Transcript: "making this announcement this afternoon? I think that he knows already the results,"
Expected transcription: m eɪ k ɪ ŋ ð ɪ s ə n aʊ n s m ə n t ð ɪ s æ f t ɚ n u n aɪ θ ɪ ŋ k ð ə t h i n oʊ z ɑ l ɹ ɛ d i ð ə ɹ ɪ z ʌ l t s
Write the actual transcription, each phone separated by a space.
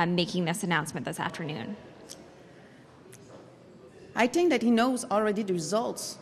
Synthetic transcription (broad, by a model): m eɪ k ɪ ŋ ð ɪ s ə n aʊ n s m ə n ð ɪ s æ f t ɚ n u n aɪ θ ɪ ŋ k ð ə t h i n oʊ z ɑ l ɹ ɛ d i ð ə ɹ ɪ z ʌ l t s